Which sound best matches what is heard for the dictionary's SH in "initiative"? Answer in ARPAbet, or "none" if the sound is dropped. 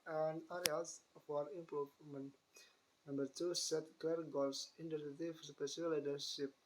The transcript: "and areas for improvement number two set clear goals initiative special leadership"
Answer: S